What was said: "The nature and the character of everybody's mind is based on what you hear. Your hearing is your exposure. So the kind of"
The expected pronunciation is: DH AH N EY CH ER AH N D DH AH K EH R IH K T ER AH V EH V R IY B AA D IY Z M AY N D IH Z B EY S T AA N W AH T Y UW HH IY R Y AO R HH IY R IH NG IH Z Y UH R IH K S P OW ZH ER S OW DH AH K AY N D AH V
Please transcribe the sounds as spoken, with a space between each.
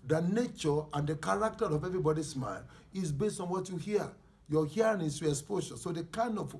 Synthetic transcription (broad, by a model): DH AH N EY CH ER AH N D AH K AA R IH K T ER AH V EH V R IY B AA D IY S M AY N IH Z B EY S T AA N W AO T Y UW HH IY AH Y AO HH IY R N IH S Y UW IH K S P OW SH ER S OW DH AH K AY N D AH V